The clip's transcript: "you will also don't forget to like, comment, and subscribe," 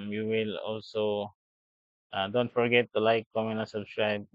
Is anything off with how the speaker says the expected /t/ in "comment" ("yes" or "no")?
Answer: yes